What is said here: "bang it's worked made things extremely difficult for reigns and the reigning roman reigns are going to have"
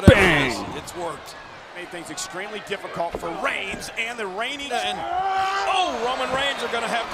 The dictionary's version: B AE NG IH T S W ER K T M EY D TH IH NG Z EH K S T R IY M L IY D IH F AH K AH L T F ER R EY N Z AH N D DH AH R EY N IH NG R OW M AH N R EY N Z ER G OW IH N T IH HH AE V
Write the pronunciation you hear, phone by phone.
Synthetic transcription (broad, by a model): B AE IH T S W ER K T M EY D TH IH NG Z EH K S T R IY M L IY D IH F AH K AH L T F ER R EY N Z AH N DH AH R EY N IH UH R OW M AH N R EY N Z ER G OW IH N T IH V